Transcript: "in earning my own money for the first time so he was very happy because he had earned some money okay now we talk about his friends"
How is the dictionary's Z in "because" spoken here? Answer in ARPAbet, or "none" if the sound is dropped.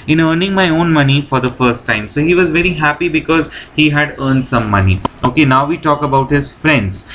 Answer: Z